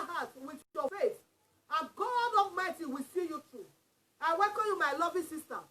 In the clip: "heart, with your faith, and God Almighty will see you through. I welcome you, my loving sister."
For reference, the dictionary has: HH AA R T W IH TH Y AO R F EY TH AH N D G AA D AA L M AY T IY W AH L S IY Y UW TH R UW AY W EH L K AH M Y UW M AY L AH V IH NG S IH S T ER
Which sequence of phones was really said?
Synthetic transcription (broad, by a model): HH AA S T W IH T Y AO F EY S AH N G AA D AA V M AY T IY W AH S IY Y UW T R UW AY W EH K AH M Y UW M AY L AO V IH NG S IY S T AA